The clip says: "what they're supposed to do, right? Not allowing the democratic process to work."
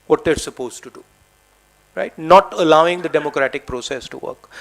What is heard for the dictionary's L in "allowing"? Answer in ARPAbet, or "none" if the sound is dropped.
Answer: L